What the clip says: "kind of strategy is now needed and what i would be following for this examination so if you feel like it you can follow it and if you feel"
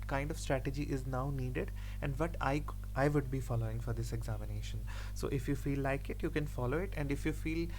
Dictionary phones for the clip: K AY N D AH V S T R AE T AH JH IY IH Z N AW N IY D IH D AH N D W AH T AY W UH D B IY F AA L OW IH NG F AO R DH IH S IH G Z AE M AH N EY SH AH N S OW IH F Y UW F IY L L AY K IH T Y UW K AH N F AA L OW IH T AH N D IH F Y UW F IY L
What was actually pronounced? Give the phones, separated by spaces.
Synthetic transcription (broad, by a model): K AY N D AH V S T R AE T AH JH IY IH Z N AW N IY D IH D AH N D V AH T AY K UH D B IY F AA L OW IH NG F AO R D IH S IH G Z AE M AH N EY SH AH N S OW IH F Y UW F IY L L AY K IH T Y UW K AH N F AA L OW IH T AH N D IH F Y UW F IY L